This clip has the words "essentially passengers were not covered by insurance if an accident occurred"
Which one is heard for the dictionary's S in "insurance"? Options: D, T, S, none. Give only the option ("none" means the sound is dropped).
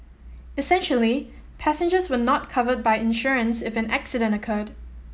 S